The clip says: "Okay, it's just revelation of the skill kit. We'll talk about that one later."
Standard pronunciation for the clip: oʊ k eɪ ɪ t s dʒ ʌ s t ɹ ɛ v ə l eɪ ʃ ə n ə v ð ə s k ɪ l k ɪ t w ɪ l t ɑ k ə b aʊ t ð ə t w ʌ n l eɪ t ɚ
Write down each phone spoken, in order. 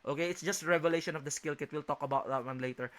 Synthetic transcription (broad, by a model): oʊ k eɪ ɪ t s dʒ ʌ s t ɹ ɛ v ə l eɪ ʃ ə n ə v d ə s k ɪ l k ɪ t w ɪ l t ɑ k ə b aʊ t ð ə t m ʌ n l eɪ t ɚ